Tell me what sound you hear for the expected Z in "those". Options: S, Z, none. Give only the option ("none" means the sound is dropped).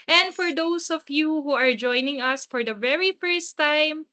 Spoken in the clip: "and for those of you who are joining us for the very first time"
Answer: S